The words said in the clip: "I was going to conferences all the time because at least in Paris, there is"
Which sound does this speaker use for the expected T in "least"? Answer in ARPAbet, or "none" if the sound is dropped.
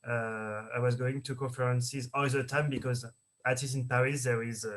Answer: none